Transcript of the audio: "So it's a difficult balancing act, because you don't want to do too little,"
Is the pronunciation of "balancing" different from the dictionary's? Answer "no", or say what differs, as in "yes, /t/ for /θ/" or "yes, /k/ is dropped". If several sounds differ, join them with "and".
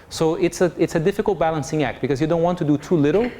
no